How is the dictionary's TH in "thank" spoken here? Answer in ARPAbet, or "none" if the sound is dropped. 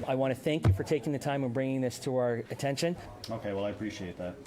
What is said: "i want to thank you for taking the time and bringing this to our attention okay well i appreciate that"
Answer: TH